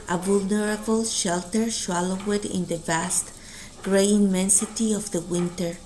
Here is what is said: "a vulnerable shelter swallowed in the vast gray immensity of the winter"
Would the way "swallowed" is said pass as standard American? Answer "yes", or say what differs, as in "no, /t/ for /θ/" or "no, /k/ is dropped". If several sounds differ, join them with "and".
no, /ʃ/ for /s/